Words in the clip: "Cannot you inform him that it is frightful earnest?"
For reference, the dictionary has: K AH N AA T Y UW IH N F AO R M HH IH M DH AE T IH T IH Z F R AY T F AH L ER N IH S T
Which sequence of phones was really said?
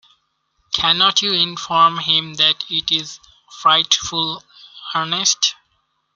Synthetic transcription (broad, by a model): K AH N AA T Y UW IH N F AO R M HH IH M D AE T IH T IH Z F R AY T F AH L ER N IH S T